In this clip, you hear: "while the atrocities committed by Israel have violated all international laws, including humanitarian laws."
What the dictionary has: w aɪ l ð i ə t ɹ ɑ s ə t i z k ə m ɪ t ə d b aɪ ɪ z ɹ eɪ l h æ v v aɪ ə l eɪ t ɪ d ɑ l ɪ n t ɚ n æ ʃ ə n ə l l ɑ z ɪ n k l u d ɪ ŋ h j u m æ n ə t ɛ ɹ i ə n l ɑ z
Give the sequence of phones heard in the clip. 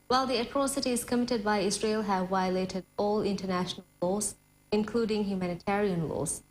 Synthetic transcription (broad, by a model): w aɪ l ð i ə t ɹ ɑ s ə t i z k ə m ɪ t ə d b aɪ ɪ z ɹ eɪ l h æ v v aɪ ə l eɪ t ɪ d ɑ l ɪ n t ɚ n æ ʃ ə n ə l l ɑ z ɪ n k l u d ɪ ŋ h j u m æ n ə t ɛ ɹ i ə n l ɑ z